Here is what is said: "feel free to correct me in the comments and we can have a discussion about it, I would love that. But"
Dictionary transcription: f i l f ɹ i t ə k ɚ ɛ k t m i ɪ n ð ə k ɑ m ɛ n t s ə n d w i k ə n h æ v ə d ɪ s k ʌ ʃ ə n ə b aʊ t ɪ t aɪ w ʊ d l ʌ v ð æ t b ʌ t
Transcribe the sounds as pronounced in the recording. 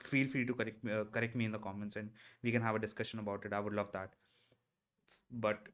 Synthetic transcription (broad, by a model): f i l f ɹ i t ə k ɚ ɛ k t m i ɪ n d ə k ɑ m ɛ n t s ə n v i k ə n h æ v ə d ɪ s k ʌ ʃ ə n ə b aʊ t ɪ t aɪ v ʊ d l ʌ v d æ t b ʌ t